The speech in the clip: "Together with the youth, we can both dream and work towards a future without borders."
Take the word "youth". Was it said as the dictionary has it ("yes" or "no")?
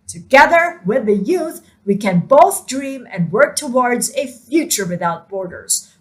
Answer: yes